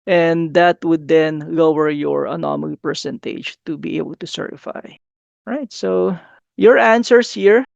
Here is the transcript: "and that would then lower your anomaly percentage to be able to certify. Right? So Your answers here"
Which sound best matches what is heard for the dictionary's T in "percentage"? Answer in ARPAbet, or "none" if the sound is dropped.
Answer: T